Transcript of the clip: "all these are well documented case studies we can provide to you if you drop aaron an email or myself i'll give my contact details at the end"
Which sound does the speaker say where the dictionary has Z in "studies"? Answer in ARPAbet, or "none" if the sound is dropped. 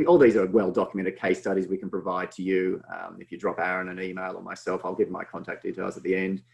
Z